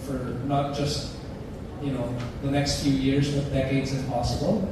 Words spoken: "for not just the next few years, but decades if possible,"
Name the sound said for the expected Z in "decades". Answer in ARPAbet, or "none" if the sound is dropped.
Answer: Z